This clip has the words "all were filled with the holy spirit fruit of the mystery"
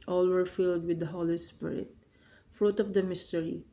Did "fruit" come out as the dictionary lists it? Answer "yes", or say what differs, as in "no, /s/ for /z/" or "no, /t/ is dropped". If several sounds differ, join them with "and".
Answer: yes